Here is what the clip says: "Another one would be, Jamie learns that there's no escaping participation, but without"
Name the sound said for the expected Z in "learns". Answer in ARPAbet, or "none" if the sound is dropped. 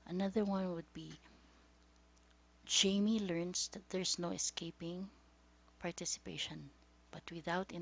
S